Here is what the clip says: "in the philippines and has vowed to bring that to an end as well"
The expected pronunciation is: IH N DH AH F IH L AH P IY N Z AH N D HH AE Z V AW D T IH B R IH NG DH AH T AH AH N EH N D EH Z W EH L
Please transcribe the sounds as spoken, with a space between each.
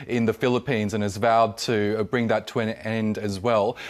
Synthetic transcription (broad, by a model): IH N DH AH F IH L AH P IY N Z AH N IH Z V AW D T IH B R IH NG DH AH T AH AH N EH N D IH Z W EH L